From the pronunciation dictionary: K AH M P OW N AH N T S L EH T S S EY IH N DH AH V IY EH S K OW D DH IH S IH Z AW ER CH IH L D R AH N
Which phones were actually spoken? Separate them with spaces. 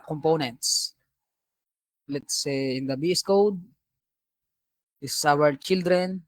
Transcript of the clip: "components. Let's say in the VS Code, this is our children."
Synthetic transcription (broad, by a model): K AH M P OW N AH N T S L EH T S S EY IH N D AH B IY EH S K OW D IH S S AW ER CH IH L D R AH N